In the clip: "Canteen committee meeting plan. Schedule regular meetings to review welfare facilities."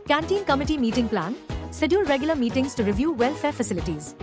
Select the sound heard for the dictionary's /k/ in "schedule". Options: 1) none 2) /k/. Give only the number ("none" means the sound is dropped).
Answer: 1